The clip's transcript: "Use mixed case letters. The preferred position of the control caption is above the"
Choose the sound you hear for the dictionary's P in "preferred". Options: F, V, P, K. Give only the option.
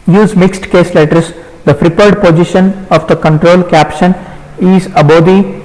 F